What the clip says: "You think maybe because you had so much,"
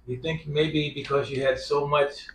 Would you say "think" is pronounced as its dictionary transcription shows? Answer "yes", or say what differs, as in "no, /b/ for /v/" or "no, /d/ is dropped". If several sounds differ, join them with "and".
yes